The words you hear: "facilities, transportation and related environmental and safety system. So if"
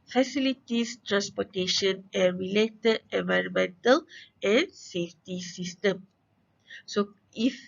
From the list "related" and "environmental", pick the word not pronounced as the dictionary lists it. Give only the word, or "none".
none